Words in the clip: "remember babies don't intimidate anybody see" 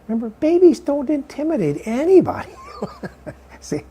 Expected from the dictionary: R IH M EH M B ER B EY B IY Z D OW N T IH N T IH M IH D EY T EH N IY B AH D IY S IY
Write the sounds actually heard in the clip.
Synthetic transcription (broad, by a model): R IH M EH M B ER B EY B IY Z D OW N T IH N T IH M IH D EY T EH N IY B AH D IY S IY